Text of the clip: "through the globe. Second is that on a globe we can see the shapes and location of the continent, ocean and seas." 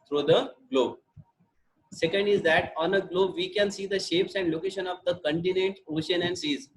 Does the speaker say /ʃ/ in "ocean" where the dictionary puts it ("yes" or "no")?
yes